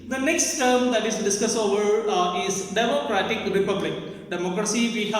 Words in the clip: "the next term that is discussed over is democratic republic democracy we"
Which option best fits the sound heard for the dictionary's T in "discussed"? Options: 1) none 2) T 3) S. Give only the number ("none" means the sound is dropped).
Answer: 1